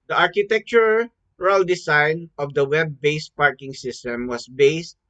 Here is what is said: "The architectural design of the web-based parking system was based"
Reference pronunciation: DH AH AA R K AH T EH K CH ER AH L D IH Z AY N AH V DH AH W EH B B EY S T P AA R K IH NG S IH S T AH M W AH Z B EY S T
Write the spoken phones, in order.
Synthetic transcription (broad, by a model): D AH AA R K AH T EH K CH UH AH L D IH S AY N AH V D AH W EH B B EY S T P AA R K IH NG S IH S T AH M W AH S B EY S T